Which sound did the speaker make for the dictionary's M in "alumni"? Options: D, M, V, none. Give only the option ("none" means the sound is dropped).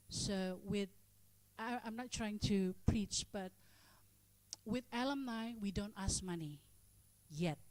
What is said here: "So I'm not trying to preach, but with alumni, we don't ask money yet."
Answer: M